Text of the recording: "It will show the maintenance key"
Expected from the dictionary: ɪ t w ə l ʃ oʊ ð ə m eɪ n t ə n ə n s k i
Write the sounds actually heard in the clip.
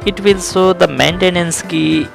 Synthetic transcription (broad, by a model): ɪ t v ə l s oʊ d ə m eɪ n t ə n ə n s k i